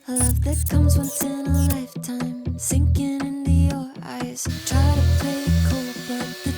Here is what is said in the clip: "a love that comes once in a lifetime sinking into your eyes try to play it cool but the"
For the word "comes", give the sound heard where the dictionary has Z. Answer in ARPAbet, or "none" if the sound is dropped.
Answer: Z